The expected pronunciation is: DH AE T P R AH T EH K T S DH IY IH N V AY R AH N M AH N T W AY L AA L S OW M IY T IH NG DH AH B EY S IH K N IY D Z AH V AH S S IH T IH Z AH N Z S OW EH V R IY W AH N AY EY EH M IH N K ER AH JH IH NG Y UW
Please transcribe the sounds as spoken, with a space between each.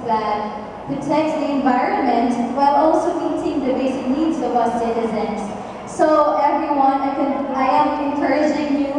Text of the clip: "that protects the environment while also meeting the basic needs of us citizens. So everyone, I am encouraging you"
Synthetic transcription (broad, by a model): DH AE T P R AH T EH K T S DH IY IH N V AY R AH N M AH N T W AY L AA L S OW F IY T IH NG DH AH B EY S IH K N IY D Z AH W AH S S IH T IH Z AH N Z S OW EH V R IY W AH N AY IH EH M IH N K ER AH JH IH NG Y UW